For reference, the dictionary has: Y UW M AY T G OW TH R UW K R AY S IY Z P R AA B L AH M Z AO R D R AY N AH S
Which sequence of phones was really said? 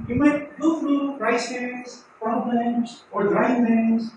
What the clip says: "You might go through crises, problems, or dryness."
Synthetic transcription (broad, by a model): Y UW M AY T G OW F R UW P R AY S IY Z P R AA B L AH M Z AO R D R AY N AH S